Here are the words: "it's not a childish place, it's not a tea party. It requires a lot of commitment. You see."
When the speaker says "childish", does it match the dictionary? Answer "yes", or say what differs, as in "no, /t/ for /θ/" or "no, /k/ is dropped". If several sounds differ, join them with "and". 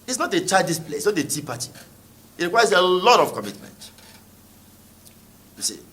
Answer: no, /l/ is dropped and /s/ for /ʃ/